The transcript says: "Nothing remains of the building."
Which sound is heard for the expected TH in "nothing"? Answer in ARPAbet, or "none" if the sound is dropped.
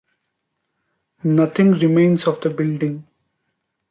T